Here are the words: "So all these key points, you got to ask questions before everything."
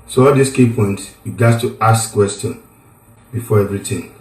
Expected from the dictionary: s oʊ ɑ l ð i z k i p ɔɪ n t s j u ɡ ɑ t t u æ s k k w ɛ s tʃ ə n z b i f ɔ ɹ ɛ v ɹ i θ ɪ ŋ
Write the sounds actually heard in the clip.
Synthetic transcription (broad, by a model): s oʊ ɑ l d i s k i p ɔɪ n t s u ɡ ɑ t t u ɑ s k k w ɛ s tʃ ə n b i f ɔ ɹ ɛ v ɹ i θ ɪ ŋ